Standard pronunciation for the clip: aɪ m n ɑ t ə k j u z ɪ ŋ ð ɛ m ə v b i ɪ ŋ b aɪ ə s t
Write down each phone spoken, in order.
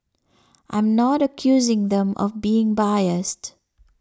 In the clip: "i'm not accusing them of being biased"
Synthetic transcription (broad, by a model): aɪ m n ɑ t ə k j u z ɪ ŋ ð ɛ m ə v b i ɪ ŋ b aɪ ə s t